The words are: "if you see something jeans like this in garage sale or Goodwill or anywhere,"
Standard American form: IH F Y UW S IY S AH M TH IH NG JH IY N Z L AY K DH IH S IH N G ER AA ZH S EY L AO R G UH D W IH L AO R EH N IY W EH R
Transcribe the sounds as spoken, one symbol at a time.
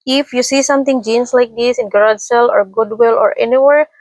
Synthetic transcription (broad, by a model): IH F Y UW S IY S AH M T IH NG JH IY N S L AY K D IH S IH N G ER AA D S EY L AO R G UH D W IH L AO R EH N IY W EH R